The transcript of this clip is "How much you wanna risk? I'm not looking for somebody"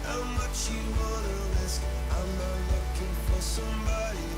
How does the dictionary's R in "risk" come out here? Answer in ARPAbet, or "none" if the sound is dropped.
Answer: L